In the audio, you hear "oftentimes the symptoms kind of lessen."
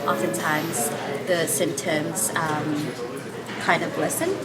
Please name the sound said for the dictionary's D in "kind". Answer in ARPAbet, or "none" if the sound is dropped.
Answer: D